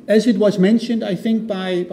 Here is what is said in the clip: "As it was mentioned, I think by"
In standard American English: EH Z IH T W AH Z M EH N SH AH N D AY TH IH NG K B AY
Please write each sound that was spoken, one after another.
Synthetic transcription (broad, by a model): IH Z IH T W AH Z M EH N SH AH N D AY TH IH NG K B AY